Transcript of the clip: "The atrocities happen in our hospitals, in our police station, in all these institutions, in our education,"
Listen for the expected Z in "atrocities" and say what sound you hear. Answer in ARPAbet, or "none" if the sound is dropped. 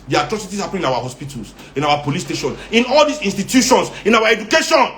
S